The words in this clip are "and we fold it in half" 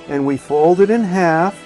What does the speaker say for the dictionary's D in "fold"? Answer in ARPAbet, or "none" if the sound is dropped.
D